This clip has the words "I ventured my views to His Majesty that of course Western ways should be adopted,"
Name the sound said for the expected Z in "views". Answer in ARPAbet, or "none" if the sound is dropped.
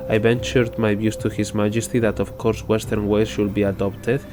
S